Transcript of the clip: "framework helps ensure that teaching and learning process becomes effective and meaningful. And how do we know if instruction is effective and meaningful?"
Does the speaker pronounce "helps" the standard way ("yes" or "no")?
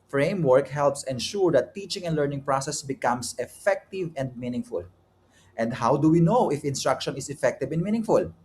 yes